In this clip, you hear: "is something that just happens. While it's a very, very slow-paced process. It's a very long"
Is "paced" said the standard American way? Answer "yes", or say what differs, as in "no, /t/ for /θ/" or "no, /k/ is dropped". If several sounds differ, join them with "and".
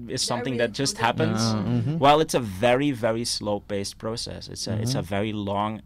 no, /b/ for /p/